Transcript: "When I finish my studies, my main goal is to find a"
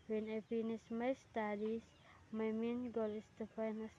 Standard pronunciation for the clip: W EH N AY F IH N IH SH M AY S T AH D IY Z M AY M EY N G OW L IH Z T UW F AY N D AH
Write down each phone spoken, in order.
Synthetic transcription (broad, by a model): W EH N AY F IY N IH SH M AY S T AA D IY S M AY M EY N G OW L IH S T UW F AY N AH